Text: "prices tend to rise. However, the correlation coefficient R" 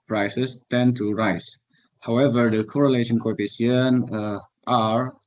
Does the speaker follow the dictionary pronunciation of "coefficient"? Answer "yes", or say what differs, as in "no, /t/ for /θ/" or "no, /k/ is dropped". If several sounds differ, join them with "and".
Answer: no, /ʃ/ is dropped